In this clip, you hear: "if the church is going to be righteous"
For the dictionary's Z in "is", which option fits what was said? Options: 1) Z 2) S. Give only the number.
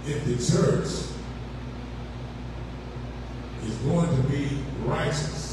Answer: 1